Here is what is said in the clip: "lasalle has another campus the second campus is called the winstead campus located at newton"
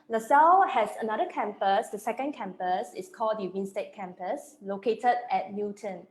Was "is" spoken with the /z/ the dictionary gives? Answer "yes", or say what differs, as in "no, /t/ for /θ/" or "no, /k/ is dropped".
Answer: no, /s/ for /z/